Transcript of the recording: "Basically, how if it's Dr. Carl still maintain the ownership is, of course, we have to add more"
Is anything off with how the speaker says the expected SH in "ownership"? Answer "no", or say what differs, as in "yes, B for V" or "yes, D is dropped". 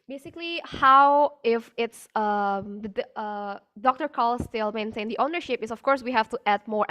no